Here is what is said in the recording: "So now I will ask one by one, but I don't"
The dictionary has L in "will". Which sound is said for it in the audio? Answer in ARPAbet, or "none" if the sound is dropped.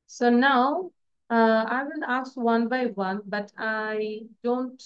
N